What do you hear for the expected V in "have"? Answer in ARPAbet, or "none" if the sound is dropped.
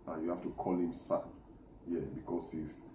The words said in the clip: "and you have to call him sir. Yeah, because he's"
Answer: F